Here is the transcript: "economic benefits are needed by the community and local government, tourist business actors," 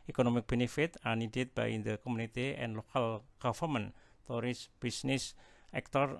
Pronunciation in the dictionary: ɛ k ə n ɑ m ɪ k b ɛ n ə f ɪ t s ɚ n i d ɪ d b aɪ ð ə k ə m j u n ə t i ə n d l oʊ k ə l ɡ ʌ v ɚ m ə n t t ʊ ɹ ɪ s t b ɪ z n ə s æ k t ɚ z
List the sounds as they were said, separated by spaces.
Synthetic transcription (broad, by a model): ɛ k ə n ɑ m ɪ k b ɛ n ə f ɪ t ɑ n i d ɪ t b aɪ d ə k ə m u n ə t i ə n l oʊ k ə l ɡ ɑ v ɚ m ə n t t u ɹ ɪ s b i s n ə s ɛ k t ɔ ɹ